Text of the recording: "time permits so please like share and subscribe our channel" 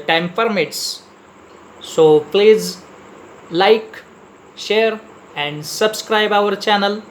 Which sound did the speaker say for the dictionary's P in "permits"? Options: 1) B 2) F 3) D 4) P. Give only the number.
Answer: 2